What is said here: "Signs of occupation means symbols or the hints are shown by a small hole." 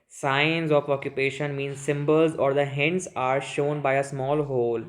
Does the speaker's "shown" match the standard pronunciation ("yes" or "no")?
yes